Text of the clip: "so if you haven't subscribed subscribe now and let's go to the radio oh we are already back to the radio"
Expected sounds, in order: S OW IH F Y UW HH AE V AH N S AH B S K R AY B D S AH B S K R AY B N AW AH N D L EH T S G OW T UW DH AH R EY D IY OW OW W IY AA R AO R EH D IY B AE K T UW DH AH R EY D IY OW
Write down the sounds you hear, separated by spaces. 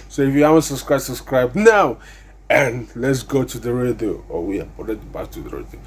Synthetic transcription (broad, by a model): S OW IH F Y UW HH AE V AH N S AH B S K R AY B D S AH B S K R AY B N AW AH N L EH T S G OW T UW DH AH R EY D IY OW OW W IY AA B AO L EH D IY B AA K T UW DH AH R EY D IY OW